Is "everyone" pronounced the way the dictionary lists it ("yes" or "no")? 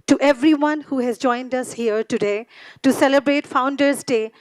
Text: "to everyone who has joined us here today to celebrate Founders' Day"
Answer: yes